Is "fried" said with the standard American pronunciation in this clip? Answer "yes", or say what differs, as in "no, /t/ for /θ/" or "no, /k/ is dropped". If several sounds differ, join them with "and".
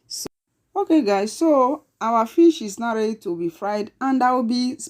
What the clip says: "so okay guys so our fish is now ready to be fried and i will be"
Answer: yes